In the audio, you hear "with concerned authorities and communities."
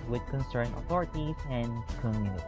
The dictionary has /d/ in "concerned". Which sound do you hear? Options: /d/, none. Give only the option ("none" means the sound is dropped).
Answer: none